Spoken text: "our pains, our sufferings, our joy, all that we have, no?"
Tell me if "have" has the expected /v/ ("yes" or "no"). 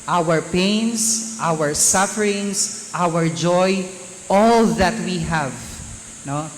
yes